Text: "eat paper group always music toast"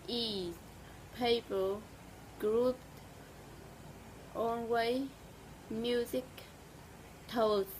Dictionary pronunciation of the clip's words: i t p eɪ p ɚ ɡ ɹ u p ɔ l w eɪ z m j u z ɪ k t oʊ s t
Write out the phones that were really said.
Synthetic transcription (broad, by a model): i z p eɪ p ɚ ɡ ɹ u p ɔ n w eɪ m j u z ɪ k t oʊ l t